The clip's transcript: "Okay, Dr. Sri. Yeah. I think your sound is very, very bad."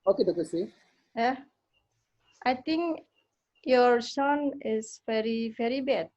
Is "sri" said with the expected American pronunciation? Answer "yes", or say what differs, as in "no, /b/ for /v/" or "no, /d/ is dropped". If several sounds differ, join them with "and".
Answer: no, /ɹ/ is dropped